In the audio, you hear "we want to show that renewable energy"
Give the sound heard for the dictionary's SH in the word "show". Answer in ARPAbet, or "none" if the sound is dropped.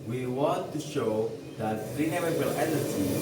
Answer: SH